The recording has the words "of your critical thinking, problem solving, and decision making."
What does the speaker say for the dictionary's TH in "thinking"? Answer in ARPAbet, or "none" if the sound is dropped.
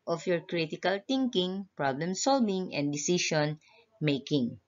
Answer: T